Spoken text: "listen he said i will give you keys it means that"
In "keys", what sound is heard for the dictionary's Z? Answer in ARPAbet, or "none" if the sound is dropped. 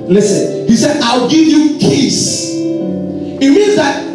S